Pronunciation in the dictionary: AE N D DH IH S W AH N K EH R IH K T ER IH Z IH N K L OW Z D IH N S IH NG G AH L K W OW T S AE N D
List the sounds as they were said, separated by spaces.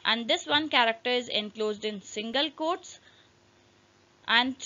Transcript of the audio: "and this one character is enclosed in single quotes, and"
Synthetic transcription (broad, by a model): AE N D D IH S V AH N K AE R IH K T ER IH Z IH N K L OW Z D IH N S IH NG G AH L K OW T S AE N D